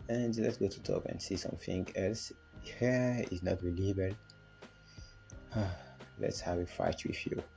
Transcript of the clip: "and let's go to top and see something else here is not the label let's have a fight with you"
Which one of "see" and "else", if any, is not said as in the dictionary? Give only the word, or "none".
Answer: none